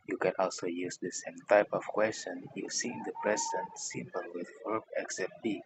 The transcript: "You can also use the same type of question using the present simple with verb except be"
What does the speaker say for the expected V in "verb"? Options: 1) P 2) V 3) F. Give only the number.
3